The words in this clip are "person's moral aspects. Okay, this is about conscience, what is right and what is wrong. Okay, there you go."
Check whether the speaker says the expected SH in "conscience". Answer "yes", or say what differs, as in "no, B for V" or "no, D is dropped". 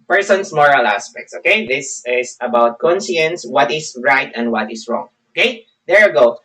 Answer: no, S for SH